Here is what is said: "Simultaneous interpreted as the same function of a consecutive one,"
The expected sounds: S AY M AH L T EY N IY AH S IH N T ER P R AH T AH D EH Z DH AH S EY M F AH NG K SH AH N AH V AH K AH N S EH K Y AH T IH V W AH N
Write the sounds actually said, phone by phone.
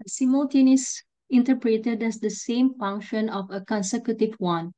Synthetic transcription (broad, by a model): S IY M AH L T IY N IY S IH N T ER P R AH T AH D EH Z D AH S EY M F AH NG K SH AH N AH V AH K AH N S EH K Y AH T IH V W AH N